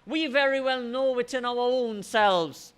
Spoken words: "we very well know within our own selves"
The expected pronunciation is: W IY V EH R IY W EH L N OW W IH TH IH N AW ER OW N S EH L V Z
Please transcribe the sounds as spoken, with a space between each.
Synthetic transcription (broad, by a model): W IY V EH R IY W EH L N OW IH T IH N AW ER OW N S EH L V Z